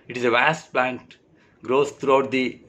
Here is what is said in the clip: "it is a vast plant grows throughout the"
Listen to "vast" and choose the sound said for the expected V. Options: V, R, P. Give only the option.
V